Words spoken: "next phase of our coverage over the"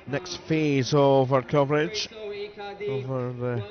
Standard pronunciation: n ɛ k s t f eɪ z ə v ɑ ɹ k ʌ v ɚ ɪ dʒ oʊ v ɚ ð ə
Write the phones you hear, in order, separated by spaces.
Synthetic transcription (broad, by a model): n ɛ k s t f eɪ z ə v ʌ ɹ k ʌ v ɚ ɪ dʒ oʊ v ɚ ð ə